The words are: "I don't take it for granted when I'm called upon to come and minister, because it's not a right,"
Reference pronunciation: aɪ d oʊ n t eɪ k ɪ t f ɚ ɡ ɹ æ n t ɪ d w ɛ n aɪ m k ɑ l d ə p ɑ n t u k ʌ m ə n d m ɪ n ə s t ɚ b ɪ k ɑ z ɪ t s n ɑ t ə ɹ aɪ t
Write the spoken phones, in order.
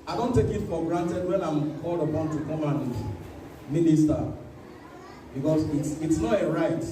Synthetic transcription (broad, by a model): aɪ d oʊ n t eɪ k ɪ t f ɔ ɡ ɹ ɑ n t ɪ d w ɛ n aɪ m k ɑ l d ə p ɑ n t u k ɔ m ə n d m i n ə s t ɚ b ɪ k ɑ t ɪ t s n ɑ t ə ɹ aɪ t